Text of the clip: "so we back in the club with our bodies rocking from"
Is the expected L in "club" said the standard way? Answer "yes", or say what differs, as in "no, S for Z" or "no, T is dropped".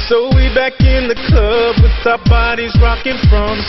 no, L is dropped